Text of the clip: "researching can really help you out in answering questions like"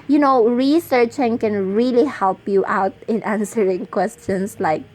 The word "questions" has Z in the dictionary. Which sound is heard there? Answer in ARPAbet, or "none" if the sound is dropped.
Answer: S